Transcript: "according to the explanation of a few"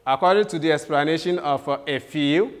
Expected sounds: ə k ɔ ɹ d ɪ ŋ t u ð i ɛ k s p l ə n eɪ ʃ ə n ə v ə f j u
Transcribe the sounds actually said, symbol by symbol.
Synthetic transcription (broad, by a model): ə k ɔ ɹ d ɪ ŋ t u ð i ɛ k s p l ə n eɪ ʃ ə n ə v ə f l